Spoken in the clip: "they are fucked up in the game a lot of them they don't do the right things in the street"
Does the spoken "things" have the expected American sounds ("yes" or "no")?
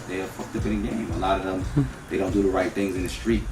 yes